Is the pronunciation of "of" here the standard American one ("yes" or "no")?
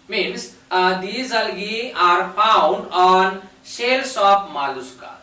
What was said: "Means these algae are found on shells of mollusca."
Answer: no